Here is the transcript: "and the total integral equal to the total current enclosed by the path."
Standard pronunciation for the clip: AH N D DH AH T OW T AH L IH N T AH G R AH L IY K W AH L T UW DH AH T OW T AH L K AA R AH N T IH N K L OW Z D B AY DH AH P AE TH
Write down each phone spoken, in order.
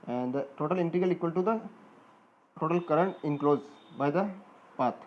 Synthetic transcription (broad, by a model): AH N D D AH T OW T AH L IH N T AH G AH L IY K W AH L T UW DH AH T OW T AH L K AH R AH N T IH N K L OW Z B AY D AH P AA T